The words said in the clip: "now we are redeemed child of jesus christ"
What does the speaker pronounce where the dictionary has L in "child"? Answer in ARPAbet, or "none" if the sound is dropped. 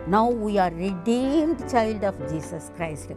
L